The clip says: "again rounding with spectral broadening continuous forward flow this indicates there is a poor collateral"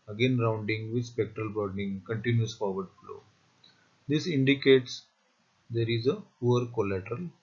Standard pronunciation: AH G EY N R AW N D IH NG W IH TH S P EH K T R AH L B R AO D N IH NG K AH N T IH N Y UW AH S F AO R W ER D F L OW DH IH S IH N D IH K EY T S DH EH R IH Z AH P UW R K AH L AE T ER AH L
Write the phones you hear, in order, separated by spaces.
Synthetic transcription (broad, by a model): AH G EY N R AW N D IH NG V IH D S P EH K T R AH L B AO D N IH NG K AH N T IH N Y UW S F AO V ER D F L OW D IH S IH N D IH K EY T S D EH R IH Z AH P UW R K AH L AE T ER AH L